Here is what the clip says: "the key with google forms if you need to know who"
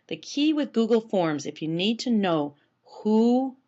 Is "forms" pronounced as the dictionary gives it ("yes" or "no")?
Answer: yes